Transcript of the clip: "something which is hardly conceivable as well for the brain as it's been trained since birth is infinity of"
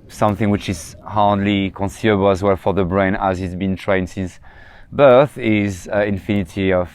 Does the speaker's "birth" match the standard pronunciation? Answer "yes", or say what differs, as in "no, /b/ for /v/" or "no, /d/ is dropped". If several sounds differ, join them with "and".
yes